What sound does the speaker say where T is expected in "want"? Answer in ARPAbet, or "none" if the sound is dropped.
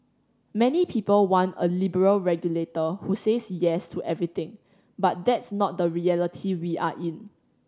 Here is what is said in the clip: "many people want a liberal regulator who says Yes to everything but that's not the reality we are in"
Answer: none